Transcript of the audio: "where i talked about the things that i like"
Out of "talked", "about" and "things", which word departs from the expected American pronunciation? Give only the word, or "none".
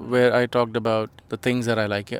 things